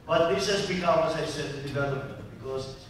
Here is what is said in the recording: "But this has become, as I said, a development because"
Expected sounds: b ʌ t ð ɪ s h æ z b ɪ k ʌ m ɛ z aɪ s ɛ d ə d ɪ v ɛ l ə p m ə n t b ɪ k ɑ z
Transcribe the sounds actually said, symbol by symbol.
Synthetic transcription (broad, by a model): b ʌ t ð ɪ s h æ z b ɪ k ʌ m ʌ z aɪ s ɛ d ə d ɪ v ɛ l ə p ə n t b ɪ k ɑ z